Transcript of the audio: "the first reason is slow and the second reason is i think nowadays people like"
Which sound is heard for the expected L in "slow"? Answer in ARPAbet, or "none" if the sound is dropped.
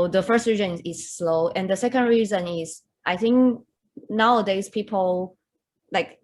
L